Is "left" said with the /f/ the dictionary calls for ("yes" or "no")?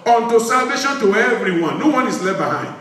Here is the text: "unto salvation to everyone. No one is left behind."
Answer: no